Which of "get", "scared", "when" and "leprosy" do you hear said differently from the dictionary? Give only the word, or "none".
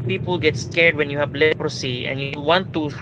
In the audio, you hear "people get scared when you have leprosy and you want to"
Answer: none